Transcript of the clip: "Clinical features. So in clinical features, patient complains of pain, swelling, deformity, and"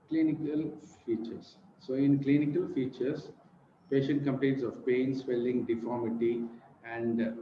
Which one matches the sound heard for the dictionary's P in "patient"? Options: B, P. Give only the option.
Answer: P